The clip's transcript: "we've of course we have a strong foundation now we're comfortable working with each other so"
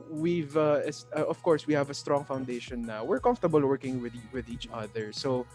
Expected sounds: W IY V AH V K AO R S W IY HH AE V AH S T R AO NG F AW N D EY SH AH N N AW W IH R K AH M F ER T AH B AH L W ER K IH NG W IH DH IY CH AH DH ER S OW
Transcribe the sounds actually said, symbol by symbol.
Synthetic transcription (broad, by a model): W IY V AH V K AO R S W IY HH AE V AH S T R AO NG F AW N D EY SH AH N N AW W IH R K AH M F T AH B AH L W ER K IH NG W IH DH IY CH AH DH ER S OW